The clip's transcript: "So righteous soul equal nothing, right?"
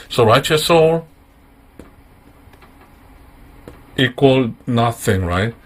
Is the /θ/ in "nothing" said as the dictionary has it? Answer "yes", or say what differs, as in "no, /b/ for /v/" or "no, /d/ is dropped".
yes